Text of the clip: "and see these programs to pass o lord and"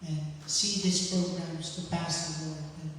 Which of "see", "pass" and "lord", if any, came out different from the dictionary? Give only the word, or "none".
lord